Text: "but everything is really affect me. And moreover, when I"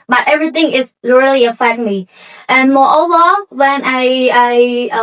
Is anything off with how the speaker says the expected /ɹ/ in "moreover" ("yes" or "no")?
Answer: yes